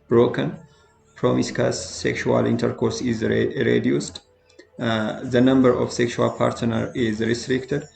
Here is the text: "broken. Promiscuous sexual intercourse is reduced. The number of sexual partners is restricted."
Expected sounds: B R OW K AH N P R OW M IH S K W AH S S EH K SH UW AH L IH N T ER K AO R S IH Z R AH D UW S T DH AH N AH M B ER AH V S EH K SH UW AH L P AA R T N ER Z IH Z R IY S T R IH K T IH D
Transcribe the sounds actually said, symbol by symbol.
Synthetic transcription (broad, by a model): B R OW K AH N P R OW M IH S K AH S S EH K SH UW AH L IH N T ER K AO R S IH Z R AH D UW S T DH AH N AH M B ER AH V S EH K SH UW AH L P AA R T N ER IH Z R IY S T R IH K T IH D